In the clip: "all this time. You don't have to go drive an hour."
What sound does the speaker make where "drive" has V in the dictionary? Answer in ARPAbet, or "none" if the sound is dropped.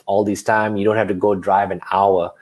V